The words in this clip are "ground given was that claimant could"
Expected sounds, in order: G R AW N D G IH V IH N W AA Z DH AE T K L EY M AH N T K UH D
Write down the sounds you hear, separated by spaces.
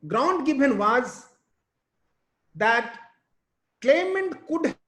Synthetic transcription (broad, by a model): G R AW N D G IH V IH N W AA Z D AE T K L EY M AH N T K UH D